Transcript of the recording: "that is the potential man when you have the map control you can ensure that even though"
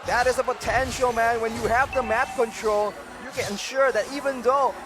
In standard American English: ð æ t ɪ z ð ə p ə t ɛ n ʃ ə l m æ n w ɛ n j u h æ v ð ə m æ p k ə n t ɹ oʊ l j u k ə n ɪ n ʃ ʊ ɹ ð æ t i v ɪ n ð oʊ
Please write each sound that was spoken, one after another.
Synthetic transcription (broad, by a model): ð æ t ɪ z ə p ə t ɛ n ʃ ə l m æ n w ɛ n j u h æ v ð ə m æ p k ə n t ɹ oʊ l j u k ə n ɪ n ʃ ʊ ɹ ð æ t i v ɪ n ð oʊ